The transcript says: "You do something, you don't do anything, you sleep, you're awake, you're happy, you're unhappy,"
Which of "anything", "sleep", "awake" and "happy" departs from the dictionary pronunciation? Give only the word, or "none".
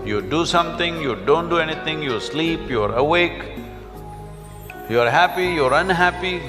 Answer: anything